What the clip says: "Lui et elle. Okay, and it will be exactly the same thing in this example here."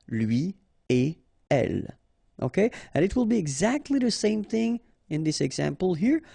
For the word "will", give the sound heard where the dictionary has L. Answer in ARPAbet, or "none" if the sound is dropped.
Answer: L